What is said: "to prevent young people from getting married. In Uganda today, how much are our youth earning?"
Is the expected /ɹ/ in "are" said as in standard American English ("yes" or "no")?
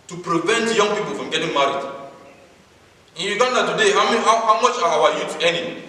no